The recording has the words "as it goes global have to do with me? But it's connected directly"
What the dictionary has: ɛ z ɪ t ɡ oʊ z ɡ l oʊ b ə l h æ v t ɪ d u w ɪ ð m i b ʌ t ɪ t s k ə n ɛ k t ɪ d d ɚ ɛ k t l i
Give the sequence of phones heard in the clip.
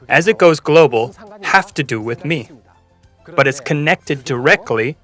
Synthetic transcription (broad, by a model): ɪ z ɪ t ɡ oʊ z ɡ l oʊ b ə l h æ f t ɪ d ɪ w ɪ ð m i b ʌ t ɪ t s k ə n ɛ k t ɪ d d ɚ ɛ k t l i